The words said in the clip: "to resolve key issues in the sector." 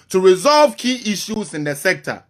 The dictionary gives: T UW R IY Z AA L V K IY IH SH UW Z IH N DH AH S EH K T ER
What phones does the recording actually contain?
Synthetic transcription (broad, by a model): T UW R IY Z AA L V K IY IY SH UW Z IH N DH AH S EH K T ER